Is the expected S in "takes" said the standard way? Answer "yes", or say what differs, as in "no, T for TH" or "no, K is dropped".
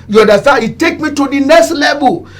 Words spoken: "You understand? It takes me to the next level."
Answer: no, S is dropped